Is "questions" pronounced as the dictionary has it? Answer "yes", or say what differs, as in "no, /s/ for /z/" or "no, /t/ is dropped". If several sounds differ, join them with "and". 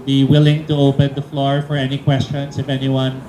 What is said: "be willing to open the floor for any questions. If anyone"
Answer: no, /s/ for /z/